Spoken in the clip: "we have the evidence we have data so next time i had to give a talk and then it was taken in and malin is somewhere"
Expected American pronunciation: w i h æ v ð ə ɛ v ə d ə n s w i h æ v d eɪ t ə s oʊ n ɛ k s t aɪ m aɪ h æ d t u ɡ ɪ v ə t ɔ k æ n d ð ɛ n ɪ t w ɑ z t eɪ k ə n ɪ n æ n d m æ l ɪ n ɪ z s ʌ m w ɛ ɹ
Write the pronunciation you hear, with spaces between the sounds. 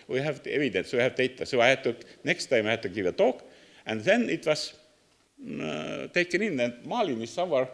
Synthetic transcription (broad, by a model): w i h æ v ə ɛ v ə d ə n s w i h æ v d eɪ t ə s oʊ n ɛ k s t aɪ m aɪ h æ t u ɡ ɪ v ə t ɔ k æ n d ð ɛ n ɪ t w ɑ s t eɪ k ə n ɪ n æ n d m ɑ l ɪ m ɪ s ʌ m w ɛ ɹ